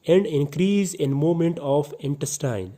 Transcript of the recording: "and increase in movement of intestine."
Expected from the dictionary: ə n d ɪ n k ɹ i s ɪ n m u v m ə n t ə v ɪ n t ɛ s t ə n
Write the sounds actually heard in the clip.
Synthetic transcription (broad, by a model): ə n d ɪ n k ɹ i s ɪ n m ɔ m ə n t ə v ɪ n t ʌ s t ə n